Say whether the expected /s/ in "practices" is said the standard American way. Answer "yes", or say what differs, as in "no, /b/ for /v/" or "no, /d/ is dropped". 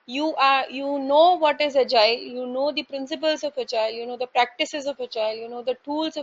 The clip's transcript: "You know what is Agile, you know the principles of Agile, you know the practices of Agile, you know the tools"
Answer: yes